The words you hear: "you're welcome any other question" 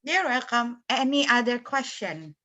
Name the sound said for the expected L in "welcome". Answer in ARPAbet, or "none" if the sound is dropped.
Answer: none